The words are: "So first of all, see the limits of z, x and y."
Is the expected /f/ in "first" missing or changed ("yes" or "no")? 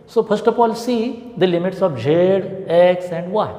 yes